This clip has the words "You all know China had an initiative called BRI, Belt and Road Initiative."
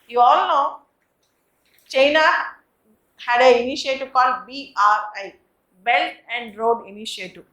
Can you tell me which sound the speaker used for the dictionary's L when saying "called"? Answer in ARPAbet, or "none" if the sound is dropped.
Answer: none